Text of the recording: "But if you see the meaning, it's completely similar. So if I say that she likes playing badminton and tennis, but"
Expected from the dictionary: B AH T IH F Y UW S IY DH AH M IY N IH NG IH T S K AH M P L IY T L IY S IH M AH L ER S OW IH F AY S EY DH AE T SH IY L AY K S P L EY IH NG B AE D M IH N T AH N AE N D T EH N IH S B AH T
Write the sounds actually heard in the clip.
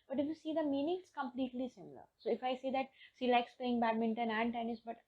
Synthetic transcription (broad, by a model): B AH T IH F Y UW S IY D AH M IY N IH NG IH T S K AH M P L IY T L IY S IH M AH L ER S OW IH F AY S EY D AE T S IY L AY K S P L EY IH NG B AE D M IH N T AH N AE N D T EH N IH S B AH T